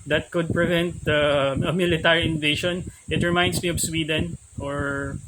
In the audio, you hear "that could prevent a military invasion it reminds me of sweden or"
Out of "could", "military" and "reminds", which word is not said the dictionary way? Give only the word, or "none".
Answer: reminds